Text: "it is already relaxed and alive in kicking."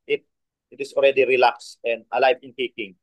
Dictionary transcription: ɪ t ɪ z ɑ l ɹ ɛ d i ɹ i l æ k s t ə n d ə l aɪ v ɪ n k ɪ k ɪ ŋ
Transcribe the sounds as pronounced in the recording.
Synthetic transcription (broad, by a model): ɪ t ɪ s ɑ l ɹ ɛ d i ɹ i l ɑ k s ə n d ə l aɪ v ɪ n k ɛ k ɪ ŋ